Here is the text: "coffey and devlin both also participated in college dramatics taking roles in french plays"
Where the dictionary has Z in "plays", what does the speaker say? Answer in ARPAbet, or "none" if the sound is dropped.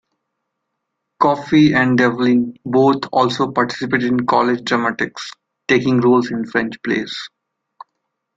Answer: S